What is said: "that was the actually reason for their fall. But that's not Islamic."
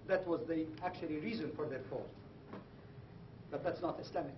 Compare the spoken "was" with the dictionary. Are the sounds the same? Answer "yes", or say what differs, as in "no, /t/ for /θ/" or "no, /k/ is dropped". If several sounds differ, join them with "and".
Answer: yes